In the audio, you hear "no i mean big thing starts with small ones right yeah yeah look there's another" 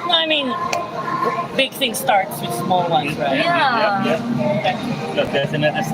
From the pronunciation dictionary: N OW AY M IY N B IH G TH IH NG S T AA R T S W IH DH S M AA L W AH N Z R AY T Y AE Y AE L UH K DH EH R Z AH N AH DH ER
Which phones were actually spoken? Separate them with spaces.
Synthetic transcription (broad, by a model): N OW AY M IY N B IH G TH IH NG S T AA R T S W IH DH S M AA L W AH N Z R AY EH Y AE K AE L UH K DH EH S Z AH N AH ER